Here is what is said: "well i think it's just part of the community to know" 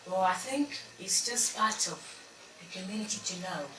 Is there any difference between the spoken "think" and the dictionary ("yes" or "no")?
no